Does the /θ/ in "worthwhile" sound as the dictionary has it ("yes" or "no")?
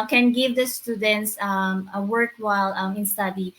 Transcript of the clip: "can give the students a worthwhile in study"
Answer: no